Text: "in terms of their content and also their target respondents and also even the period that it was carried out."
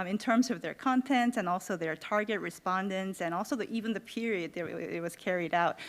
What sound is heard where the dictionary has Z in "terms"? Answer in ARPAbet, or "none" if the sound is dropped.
Z